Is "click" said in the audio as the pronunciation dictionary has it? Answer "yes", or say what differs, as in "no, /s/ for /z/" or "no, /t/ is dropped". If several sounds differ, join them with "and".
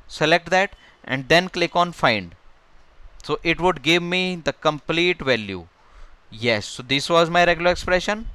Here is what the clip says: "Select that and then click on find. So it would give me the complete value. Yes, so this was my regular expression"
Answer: yes